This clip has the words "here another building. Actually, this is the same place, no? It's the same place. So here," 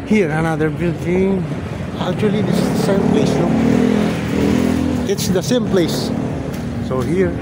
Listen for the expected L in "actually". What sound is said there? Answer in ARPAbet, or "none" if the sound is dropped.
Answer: none